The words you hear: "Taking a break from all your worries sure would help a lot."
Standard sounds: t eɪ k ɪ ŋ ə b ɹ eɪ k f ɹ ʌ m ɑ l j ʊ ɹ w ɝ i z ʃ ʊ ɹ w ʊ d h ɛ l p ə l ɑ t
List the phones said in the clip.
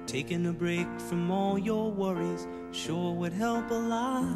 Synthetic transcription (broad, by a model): t eɪ k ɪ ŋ ə b ɹ eɪ k f ɹ ʌ m ɑ l j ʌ ɹ w ɝ i z ʃ ʊ ɹ w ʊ d h ɛ l p ə l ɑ